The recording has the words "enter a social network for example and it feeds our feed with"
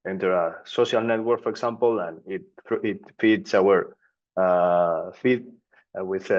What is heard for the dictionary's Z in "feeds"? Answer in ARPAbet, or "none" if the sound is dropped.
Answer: S